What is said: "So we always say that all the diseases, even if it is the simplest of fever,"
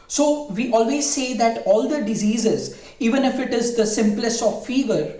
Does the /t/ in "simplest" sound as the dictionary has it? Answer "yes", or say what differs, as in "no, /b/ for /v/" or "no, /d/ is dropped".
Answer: yes